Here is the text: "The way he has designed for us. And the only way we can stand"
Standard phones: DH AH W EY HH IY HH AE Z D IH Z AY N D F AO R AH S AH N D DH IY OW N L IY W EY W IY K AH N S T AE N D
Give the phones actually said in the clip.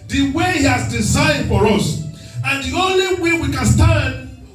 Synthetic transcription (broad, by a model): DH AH W EY HH IY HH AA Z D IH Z AY D F AO R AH S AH N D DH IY OW N L IY W EY W IY K AH N S T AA N D